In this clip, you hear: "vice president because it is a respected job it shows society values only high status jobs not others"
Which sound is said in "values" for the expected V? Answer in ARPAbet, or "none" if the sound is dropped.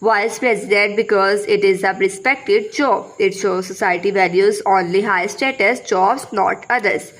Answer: V